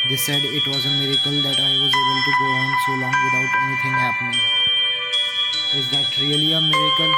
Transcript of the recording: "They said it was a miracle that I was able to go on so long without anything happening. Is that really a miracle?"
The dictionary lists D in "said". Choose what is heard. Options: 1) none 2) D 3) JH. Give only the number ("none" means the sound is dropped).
2